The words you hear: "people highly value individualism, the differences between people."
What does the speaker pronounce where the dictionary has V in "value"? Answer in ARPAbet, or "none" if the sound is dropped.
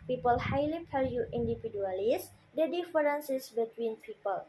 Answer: P